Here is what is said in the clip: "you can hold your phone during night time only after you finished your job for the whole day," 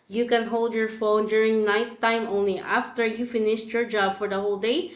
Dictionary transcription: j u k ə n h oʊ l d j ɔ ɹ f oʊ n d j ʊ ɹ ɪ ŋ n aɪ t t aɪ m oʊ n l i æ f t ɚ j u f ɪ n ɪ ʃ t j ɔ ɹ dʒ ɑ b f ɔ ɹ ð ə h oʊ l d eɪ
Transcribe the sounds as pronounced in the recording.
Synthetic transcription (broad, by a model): j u k ə n h oʊ l d j ɔ ɹ f oʊ n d j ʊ ɹ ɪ ŋ n aɪ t t aɪ m oʊ n l i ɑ f t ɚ j u f ɪ n ɪ ʃ t j ɔ ɹ dʒ ɑ b f ɔ ɹ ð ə h oʊ l d eɪ